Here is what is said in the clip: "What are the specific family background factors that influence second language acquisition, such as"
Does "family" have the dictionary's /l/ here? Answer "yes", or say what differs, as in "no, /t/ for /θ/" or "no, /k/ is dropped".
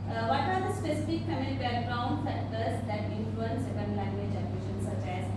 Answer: no, /l/ is dropped